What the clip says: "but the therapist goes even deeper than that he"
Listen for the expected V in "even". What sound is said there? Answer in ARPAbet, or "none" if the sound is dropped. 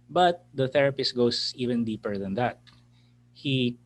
V